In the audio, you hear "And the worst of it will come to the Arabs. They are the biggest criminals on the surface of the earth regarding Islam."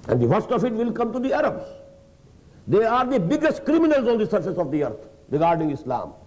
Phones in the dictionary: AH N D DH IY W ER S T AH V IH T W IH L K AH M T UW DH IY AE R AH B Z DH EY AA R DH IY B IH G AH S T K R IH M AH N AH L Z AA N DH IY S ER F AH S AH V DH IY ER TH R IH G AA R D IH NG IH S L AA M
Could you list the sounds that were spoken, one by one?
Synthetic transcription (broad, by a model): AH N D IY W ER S T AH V IH T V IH L K AH M T UW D IY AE R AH B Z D EY AA R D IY B IH G AH S T K R IH M AH N AH L Z AA N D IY S ER F AH S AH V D IY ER T R IH G AA R D IH NG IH S L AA M